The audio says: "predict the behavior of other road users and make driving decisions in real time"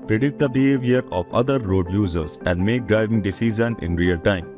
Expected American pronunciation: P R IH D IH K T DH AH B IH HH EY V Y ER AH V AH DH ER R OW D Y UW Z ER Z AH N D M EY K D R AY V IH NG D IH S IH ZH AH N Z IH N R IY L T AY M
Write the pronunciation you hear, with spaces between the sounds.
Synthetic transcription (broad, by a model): P R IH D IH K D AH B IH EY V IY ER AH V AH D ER R OW D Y UW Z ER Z AH N D M EY K D R AY V IH NG D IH S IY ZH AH N IH N R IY L T AY M